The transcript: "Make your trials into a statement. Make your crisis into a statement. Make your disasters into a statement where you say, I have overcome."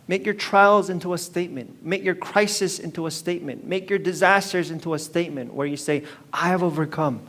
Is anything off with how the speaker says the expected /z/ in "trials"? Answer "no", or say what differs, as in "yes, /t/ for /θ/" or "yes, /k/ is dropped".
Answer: no